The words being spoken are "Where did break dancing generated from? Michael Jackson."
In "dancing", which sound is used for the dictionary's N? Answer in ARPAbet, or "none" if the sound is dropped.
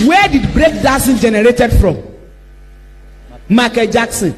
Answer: none